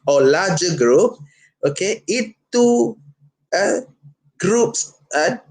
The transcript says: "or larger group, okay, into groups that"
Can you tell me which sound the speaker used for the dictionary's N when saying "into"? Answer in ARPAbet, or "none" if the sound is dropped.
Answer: none